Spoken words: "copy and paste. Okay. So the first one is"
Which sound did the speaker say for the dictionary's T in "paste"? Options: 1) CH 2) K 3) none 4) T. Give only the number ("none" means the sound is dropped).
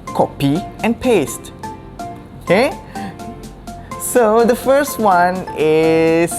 4